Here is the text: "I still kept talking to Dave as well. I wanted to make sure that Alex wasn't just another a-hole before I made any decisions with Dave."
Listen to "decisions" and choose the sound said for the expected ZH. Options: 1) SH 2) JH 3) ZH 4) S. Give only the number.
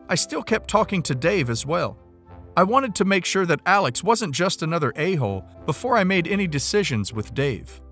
3